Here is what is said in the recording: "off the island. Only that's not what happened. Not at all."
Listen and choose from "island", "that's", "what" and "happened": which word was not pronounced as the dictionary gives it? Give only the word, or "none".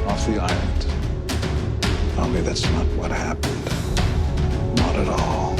island